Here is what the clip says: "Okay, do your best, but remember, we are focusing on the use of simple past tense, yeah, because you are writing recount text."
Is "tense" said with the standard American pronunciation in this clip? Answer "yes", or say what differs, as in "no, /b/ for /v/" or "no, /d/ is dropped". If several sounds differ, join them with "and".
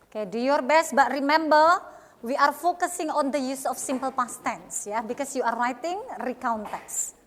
yes